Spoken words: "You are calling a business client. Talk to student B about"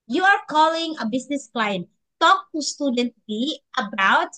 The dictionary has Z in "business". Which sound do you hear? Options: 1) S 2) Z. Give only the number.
1